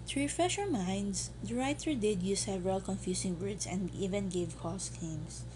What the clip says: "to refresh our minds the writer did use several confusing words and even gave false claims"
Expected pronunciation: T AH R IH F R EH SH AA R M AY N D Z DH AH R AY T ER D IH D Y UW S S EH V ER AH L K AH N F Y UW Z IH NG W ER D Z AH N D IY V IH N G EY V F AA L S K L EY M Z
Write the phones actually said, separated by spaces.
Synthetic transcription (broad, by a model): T R IH F R EH SH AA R M AY N D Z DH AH R AY T ER D IH D Y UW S S EH V ER AH L K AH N F Y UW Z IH NG W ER D S AH N D IY V IH N G EY V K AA S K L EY M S